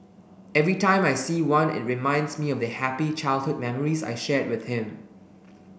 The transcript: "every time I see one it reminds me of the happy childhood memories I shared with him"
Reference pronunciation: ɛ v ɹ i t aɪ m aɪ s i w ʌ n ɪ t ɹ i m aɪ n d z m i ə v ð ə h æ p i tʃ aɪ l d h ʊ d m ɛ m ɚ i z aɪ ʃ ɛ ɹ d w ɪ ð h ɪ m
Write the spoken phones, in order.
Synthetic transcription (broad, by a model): ɛ v ɹ i t aɪ m aɪ s i w ʌ n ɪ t ɹ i m aɪ n d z m i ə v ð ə h æ p i tʃ aɪ l d h ʊ d m ɛ m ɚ i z aɪ ʃ ɛ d w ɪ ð h ɪ m